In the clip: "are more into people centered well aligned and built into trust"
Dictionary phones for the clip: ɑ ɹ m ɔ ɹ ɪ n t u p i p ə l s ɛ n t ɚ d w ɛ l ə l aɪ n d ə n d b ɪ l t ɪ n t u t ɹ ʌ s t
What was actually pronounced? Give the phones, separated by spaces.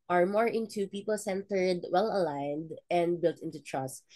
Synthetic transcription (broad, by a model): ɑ ɹ m ɔ ɹ ɪ n t u p i p ə l s ɛ n t ɚ d w ɛ l ə l aɪ n d ə n d b ɪ l t ɪ n t u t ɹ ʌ s t